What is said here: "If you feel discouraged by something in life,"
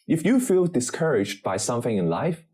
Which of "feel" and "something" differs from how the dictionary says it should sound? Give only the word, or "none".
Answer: none